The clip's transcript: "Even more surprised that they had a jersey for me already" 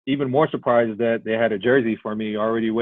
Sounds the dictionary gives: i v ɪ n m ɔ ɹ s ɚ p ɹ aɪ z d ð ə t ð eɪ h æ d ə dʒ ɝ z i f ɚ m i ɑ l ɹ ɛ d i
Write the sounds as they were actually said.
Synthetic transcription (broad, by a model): i v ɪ n m ɔ ɹ s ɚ p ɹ aɪ z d ð ə t ð eɪ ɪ d ə dʒ ɝ z i f ɚ m i l ɹ ɛ d i